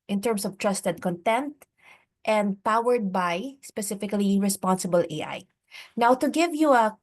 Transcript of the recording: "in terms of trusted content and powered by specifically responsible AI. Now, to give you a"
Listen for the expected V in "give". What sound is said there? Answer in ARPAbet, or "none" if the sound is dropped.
V